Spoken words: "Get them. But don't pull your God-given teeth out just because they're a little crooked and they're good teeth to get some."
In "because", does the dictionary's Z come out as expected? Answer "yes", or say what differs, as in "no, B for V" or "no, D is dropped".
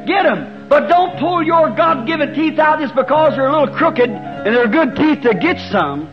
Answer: yes